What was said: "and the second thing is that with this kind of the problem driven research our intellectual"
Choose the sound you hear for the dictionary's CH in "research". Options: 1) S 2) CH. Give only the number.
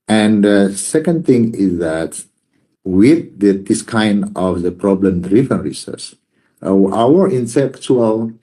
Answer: 1